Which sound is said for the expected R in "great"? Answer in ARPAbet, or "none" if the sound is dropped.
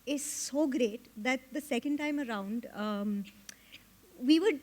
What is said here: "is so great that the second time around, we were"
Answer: R